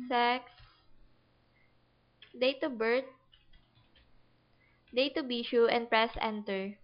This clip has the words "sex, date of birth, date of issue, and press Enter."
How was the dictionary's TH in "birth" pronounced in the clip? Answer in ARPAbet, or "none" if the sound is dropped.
T